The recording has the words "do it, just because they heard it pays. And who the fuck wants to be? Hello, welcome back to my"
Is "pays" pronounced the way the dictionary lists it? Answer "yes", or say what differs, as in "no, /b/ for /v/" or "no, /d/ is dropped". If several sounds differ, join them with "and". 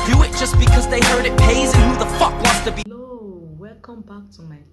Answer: yes